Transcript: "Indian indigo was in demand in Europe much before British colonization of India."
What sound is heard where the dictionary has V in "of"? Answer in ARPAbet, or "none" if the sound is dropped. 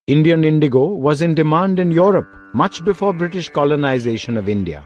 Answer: V